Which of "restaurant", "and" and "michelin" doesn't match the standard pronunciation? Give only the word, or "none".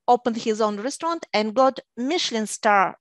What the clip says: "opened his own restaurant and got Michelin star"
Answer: none